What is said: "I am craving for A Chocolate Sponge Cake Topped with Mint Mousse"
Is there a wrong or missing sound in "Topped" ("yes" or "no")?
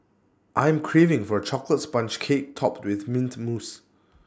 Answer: no